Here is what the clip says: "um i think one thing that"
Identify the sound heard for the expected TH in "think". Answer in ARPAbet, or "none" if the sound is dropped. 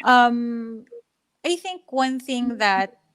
TH